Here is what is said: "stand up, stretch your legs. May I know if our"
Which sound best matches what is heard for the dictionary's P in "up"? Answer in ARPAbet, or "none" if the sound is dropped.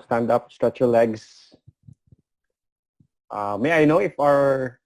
P